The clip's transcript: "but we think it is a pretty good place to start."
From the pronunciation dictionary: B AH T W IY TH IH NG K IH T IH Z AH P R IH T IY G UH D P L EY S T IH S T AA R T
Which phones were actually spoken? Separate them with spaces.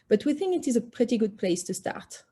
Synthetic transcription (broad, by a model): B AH T W IY TH IH NG K IH T IH Z AH P R IH T IY G UH D P L EY S T IH S T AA R T